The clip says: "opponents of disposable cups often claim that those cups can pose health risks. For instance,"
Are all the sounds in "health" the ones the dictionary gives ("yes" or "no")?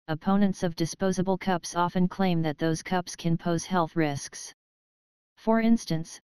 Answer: yes